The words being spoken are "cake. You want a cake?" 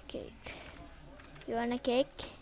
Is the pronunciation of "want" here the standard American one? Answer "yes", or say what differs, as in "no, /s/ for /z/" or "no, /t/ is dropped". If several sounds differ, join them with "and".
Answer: no, /t/ is dropped